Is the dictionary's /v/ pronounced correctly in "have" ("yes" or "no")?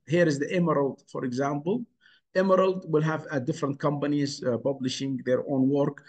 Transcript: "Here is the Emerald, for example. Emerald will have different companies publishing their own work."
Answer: yes